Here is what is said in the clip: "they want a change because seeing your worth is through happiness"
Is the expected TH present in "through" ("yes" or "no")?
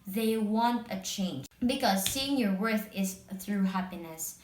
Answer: yes